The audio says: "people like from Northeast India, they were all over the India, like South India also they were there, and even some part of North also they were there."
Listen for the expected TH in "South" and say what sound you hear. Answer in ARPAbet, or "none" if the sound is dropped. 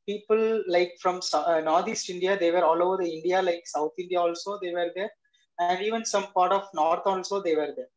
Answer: T